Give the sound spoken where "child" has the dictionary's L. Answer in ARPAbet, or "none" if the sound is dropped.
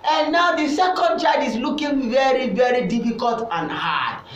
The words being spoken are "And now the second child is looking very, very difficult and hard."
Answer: none